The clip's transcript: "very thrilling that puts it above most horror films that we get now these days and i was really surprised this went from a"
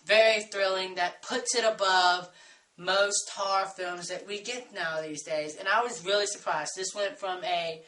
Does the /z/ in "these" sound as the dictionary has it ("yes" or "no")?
yes